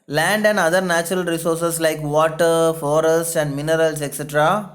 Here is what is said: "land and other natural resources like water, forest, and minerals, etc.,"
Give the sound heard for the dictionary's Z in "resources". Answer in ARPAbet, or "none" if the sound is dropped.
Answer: S